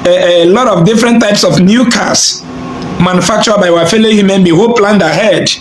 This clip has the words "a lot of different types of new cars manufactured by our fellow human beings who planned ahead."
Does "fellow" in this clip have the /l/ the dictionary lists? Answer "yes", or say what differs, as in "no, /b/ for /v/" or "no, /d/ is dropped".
yes